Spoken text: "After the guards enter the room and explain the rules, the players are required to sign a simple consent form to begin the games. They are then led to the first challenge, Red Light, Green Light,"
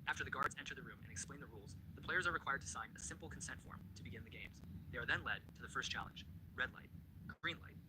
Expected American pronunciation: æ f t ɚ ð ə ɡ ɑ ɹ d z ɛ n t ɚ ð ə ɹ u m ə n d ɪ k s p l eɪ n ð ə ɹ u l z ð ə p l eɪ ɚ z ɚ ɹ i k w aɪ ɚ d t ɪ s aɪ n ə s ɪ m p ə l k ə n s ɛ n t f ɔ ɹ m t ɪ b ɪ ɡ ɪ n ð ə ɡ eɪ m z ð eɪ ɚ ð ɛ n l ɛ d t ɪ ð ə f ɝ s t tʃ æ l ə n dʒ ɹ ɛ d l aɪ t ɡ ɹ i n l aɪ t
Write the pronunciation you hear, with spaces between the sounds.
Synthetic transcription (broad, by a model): æ f t ɚ ð ə ɡ ɑ ɹ d z ɛ n t ɚ ð ə ɹ u m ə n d ɪ k s p l eɪ n ð ə ɹ u l z ð ə p l eɪ ɚ z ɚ ɹ i k w aɪ ɚ d t ɪ s aɪ n ə s ɪ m p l k n s ɛ n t f ɔ ɹ m t ɪ b ɪ ɡ ɪ n ð ə ɡ eɪ m z ð eɪ ɚ ð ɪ n l ɛ d t ɪ ð ə f ɝ s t tʃ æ l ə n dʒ ɹ ɛ d l aɪ t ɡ ɹ i n l aɪ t